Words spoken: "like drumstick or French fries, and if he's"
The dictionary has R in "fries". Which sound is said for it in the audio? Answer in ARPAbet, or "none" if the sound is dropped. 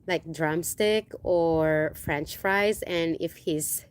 R